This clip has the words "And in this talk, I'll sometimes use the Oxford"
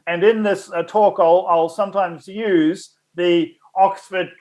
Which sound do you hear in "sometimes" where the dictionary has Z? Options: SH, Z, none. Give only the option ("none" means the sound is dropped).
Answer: Z